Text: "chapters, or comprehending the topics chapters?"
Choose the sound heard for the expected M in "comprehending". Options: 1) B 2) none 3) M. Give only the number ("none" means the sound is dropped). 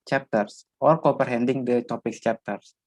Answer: 2